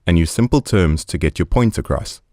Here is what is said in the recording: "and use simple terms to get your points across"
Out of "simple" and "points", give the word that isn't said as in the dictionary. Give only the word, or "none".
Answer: points